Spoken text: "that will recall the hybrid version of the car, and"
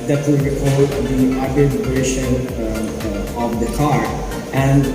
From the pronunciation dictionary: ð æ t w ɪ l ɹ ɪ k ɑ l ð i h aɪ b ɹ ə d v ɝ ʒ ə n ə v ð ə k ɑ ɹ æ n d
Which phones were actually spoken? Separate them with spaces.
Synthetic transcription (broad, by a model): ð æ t w ɪ l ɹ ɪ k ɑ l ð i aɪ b ə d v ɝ ʃ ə n ə v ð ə k ɑ ɹ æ n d